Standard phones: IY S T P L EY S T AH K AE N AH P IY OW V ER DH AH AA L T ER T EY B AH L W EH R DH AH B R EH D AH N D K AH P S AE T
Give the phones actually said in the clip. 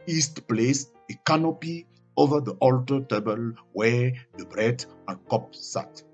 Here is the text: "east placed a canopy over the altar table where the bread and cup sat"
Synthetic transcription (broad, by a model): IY S T P L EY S AH K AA N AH P IY OW V ER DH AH AA L T ER T EY B AH L W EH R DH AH B R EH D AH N K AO P S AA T